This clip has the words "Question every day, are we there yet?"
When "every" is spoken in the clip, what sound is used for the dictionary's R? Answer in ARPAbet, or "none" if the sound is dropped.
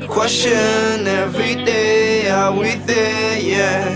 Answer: R